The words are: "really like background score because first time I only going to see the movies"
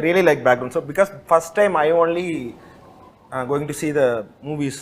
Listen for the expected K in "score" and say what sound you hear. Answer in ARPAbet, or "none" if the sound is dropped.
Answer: none